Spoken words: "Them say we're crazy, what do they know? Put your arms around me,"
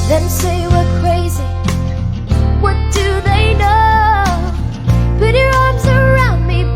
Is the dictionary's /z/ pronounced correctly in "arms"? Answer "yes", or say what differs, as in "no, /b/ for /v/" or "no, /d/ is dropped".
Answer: yes